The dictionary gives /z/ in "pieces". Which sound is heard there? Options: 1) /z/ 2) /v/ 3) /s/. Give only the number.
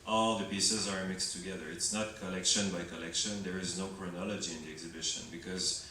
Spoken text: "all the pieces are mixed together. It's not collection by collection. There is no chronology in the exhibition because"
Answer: 1